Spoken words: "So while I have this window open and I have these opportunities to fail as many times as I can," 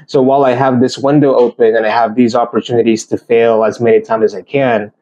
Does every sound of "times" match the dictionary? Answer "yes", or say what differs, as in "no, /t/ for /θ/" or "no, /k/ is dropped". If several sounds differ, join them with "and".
no, /z/ is dropped